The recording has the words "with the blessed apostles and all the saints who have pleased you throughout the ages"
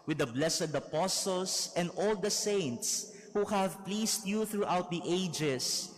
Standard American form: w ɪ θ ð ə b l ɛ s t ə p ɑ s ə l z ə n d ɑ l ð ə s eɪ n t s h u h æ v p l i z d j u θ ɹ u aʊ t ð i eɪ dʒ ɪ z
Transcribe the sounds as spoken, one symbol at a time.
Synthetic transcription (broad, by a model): w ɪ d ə b l ɛ s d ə p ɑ s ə l s ə n d ɑ l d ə s eɪ n t s h u h æ v p l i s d j u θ ɹ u aʊ t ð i eɪ dʒ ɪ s